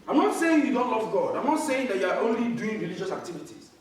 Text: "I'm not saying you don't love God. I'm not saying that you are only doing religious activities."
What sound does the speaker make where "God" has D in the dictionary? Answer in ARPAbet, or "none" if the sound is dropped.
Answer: D